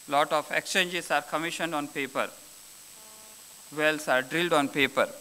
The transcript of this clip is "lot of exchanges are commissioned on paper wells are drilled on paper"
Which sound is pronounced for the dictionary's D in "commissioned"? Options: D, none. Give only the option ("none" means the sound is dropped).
D